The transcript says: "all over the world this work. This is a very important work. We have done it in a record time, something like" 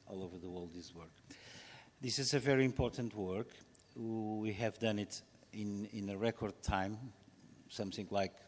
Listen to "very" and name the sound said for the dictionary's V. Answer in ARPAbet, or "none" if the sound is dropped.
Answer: V